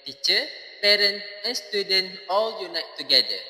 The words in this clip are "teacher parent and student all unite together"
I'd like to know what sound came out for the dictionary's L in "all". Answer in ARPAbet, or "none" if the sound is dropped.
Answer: L